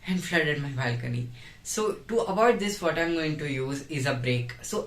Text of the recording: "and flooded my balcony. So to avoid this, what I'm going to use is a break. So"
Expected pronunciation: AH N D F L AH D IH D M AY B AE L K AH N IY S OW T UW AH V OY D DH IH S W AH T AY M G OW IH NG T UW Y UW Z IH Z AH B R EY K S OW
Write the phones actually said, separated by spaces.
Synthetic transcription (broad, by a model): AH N D F L AH D IH D M AY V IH L K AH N IY S OW T UW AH B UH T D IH S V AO T AY M G OW IH NG T UW Y UW Z IH Z AH B R EY K S OW